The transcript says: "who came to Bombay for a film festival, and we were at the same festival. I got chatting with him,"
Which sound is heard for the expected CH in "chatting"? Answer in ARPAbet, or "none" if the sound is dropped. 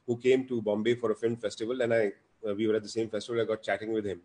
CH